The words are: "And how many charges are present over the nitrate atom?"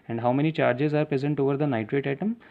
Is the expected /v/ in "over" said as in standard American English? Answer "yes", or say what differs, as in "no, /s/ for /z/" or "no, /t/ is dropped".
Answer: yes